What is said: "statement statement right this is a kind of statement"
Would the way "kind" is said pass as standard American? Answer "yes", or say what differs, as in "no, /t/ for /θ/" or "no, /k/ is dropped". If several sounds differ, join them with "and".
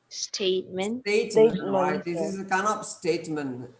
no, /d/ is dropped